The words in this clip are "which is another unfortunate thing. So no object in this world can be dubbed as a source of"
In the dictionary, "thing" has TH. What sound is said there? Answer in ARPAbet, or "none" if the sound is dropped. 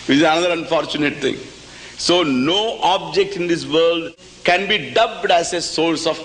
T